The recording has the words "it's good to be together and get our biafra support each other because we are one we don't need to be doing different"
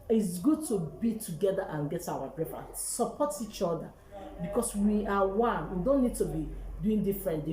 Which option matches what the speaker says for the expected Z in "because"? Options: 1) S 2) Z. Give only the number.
1